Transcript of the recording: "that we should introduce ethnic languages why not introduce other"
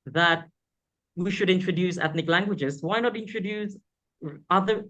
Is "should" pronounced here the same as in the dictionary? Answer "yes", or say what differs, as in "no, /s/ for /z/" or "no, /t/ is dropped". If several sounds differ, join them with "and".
yes